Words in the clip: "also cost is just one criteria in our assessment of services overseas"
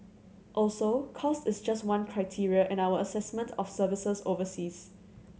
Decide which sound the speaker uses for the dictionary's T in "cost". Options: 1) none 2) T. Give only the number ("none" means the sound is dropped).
2